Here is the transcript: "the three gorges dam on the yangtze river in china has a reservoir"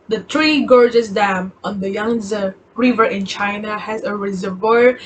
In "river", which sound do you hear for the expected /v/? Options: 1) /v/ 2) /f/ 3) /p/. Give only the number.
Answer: 1